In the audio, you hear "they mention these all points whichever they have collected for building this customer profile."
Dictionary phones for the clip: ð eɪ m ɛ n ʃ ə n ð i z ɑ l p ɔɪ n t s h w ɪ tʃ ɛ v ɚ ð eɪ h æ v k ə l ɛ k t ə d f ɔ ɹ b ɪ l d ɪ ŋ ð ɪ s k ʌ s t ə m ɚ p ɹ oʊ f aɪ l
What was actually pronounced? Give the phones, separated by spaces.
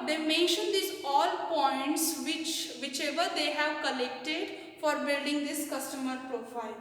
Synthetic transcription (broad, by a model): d eɪ m ɛ n ʃ ə n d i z ɑ l p ɔɪ n t s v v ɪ tʃ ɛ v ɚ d eɪ h æ v k ə l ɛ k t ə d f ɔ ɹ b ɪ l d ɪ ŋ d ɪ s k ʌ s t ə m ɚ p ɹ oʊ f aɪ l